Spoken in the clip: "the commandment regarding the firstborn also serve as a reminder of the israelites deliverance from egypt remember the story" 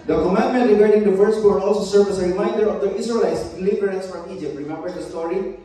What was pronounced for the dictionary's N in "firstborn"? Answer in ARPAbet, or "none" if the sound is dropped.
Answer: none